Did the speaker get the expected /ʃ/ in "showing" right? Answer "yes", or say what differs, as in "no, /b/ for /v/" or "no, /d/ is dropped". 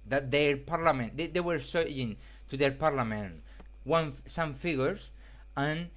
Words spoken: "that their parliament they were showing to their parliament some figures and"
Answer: no, /s/ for /ʃ/